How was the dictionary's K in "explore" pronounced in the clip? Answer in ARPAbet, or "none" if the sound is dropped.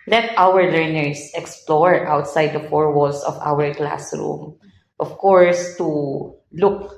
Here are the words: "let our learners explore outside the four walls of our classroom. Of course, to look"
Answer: K